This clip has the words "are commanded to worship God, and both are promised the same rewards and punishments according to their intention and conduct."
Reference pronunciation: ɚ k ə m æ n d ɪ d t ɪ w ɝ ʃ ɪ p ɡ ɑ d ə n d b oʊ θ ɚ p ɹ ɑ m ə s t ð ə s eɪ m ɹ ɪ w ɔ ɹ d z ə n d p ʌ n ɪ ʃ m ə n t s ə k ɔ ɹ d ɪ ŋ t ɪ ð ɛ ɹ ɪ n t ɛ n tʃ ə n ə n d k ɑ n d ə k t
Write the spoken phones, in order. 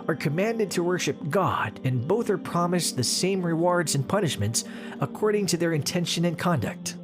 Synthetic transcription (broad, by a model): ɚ k ə m æ n d ɪ d t ɪ w ɝ ʃ ɪ p ɡ ɑ d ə n b oʊ θ ɚ p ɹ ɑ m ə s ð ə s eɪ m ɹ ɪ w ɔ ɹ d z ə n p ʌ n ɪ ʃ m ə n t s ə k ɔ ɹ d ɪ ŋ t ɪ ð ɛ ɹ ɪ n t ɛ n ʃ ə n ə n k ɑ n d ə k t